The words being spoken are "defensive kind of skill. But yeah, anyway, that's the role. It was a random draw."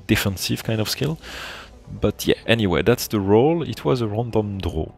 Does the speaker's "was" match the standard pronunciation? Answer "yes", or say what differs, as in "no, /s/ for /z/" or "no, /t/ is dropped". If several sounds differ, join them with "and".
yes